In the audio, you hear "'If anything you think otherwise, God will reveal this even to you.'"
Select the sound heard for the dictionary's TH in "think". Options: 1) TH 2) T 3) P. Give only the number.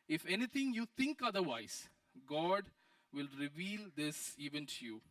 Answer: 2